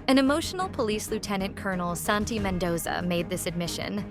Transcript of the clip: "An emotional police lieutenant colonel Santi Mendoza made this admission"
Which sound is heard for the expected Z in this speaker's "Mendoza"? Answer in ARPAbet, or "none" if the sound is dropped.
Z